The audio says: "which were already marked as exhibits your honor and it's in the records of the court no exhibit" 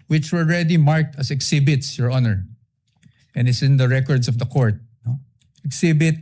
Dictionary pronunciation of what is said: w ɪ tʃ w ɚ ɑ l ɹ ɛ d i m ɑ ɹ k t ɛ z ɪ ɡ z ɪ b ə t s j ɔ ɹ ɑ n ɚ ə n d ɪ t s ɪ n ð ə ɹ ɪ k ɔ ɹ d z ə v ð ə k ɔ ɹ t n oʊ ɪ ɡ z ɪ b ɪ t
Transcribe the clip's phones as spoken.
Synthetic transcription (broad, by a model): w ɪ tʃ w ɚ ɑ l ɹ ɛ d i m ɑ ɹ k t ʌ s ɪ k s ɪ b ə t s j ɔ ɹ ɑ n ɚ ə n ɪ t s ɪ n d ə ɹ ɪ k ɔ ɹ d s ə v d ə k ɔ ɹ t n oʊ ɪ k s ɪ b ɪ t